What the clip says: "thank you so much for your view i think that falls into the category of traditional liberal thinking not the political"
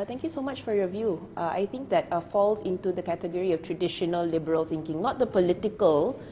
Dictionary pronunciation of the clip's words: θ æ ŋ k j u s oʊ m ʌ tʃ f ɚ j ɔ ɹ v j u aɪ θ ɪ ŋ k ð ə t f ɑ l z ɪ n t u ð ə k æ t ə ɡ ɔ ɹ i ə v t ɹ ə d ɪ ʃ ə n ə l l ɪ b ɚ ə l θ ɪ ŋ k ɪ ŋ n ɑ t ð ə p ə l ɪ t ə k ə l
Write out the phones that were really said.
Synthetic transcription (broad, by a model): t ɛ ŋ k j u s oʊ m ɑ tʃ f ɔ j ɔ v j u aɪ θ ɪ ŋ k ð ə t f ɑ l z ɪ n t u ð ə k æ t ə ɡ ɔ ɹ i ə f t ɹ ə d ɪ ʃ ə n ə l l ɪ b ɚ ə l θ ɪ ŋ k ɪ ŋ n ɑ t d ə p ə l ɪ t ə k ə l